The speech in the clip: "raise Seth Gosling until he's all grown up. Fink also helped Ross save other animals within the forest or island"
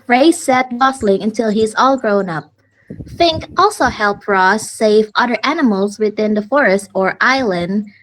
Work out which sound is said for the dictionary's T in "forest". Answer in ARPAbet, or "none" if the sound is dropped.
T